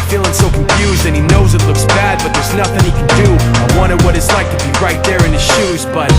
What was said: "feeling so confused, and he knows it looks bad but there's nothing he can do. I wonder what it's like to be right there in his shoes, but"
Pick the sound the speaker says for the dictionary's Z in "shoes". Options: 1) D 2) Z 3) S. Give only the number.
2